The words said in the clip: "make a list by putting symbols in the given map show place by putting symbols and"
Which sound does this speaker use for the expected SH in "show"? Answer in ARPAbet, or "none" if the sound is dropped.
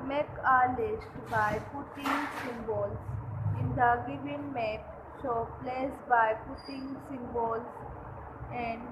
S